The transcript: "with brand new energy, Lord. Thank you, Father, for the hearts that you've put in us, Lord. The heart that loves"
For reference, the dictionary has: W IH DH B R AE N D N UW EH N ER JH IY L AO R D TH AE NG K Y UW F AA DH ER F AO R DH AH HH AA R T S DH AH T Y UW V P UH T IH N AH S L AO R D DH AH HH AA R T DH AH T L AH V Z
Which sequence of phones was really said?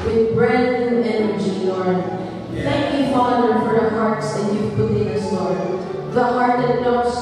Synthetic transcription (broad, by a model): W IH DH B R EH D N EH N ER JH IY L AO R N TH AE NG K Y UW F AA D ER F AO R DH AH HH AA R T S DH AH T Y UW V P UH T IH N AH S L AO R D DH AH HH AA R T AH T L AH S